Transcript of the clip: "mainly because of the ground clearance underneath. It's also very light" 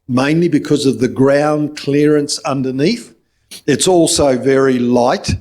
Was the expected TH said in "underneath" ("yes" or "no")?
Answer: yes